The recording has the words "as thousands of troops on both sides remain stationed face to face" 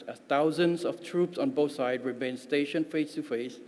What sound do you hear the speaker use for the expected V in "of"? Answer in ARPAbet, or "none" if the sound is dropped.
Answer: F